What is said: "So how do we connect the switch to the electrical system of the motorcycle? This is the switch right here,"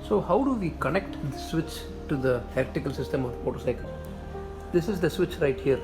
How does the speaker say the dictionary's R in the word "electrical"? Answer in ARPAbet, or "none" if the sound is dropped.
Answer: none